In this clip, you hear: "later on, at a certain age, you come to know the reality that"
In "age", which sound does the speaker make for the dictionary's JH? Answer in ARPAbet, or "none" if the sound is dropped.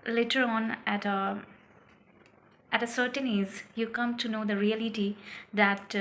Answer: Z